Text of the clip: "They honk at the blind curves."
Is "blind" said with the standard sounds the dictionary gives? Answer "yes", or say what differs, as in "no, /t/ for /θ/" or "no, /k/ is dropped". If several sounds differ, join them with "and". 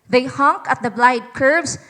no, /n/ is dropped